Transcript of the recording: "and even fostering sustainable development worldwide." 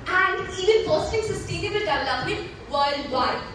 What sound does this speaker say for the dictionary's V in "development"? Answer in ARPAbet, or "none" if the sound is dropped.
none